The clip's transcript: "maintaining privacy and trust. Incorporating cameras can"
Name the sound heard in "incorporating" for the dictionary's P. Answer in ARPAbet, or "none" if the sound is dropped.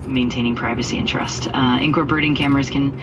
B